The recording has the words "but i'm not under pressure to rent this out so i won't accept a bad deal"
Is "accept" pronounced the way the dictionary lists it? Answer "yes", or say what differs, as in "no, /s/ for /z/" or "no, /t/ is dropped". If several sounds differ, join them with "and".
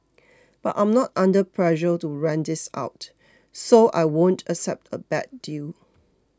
yes